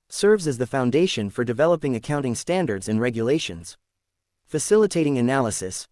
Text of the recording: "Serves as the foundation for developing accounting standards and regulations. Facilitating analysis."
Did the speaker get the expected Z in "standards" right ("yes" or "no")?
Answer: yes